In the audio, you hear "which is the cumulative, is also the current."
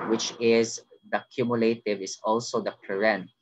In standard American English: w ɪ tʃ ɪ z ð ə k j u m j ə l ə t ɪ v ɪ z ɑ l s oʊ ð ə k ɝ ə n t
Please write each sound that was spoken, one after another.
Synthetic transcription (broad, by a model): w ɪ tʃ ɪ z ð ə k j u m j ə l ə t ɪ v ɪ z ɑ l s oʊ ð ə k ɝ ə n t